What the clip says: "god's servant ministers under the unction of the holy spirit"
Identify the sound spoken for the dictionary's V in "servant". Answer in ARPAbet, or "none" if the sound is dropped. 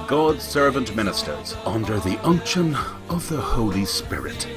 V